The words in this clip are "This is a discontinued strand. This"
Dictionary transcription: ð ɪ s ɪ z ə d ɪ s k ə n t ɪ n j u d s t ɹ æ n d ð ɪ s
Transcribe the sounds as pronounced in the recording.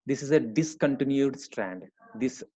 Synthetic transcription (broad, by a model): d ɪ s ɪ z ə d ɪ s k ə n t ɪ n j u d s t ɹ æ n d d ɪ s